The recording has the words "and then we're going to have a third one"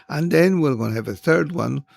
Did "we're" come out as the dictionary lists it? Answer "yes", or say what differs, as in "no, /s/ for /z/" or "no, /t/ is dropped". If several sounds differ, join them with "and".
no, /l/ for /ɹ/